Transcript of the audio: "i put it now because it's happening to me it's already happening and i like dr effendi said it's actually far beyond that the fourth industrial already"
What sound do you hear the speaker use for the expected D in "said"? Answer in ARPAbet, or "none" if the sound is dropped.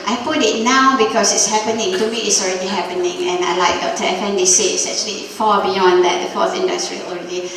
none